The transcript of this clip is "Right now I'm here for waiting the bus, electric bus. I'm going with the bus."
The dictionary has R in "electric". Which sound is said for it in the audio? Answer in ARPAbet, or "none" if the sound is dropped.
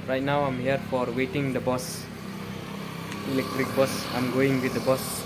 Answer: R